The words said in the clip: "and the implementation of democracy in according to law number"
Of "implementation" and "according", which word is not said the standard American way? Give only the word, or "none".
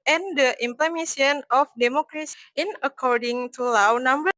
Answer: implementation